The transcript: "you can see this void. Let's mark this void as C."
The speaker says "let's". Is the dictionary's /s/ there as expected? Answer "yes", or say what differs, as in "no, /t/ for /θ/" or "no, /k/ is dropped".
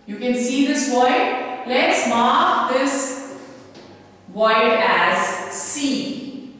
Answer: yes